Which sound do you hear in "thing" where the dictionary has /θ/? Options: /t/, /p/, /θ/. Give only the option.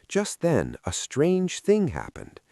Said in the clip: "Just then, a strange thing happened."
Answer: /θ/